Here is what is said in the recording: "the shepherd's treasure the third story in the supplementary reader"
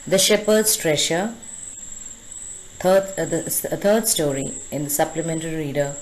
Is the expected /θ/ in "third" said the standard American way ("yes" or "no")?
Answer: no